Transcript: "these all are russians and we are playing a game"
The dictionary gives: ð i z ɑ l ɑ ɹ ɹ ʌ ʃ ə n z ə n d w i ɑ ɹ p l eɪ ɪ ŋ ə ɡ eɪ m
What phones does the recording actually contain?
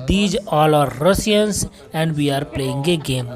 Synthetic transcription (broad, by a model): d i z ɑ l ɑ ɹ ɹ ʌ s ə n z ə n d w i ɑ ɹ p l eɪ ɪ ŋ ə ɡ eɪ m